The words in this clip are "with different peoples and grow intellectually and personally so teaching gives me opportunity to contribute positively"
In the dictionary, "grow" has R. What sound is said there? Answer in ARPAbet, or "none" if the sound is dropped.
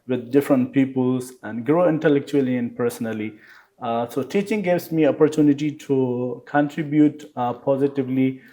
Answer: R